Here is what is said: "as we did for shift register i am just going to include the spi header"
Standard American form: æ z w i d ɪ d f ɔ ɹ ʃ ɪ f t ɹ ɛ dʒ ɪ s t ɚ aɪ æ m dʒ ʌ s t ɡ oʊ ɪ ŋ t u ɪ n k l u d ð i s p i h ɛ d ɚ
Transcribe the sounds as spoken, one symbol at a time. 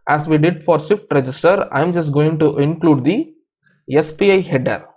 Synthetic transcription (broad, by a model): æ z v i d ɪ d f ɔ ɹ s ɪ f t ɹ ɛ dʒ ɪ s t ɚ aɪ m dʒ ʌ s t ɡ oʊ ɪ ŋ t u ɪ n k l u d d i s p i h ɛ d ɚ